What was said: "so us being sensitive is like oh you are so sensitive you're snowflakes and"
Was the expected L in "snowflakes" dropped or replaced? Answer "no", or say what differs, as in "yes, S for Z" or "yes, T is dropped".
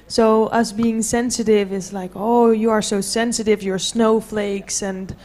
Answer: no